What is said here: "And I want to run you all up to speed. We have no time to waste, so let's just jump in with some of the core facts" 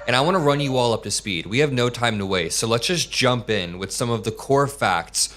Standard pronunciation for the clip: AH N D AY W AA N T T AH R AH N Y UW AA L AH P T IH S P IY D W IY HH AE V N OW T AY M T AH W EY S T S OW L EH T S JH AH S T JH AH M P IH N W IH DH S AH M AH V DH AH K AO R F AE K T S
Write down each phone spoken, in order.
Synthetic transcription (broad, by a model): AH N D AY W AA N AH R AH N Y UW AA L AH P T IH S P IY D W IY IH V N OW T AY M T AH W EY T S OW L EH T S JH AH S JH AH M P IH N W IH DH S AH M AH V DH AH K AO R F AE K T S